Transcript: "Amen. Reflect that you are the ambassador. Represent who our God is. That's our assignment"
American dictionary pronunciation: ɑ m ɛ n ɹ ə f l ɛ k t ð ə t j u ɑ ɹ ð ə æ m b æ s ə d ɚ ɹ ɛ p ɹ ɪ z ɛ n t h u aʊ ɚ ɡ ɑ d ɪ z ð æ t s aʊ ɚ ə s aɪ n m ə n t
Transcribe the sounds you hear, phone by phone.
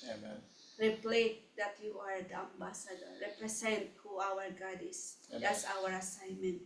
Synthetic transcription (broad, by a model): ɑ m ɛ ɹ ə p l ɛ t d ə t j u ɑ ɹ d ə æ m b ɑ s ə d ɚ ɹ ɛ p ɹ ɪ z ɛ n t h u aʊ ɚ ɡ ɑ d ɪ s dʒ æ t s aʊ ɚ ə s aɪ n m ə n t